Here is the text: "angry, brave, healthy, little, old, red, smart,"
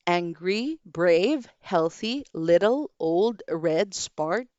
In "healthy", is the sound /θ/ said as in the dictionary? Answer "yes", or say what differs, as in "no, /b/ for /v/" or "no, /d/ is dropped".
yes